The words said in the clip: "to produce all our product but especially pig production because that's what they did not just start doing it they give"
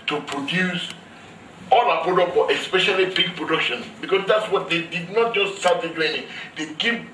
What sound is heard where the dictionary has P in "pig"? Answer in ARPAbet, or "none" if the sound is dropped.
B